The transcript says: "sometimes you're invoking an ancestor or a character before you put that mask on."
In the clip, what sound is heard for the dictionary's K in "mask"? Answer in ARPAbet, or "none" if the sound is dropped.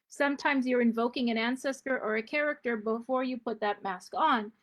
K